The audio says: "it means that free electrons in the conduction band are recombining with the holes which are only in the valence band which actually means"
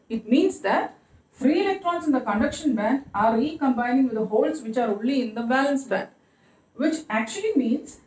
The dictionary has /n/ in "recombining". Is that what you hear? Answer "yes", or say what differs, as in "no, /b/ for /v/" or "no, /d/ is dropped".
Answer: yes